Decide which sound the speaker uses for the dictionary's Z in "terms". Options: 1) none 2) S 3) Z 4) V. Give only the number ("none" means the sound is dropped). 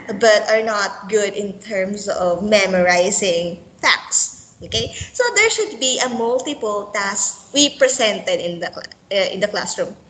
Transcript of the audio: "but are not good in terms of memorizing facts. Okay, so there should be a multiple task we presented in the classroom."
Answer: 2